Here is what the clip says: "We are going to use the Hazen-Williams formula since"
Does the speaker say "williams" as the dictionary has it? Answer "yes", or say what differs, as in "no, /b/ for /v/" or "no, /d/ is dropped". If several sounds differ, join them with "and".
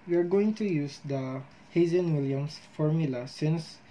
no, /s/ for /z/